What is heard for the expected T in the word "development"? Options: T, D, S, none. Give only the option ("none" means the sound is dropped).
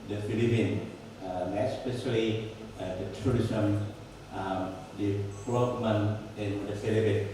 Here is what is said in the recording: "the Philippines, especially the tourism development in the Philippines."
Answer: none